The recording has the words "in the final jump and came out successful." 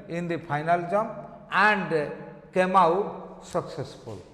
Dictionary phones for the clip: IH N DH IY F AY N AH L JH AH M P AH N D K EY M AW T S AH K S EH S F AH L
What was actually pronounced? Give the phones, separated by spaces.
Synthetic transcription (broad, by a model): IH N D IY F AY N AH L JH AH M AH N D K EY M AW S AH K S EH S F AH L